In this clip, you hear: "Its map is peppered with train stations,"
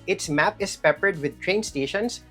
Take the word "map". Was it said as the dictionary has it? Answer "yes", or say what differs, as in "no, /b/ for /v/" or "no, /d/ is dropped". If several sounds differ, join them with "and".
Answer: yes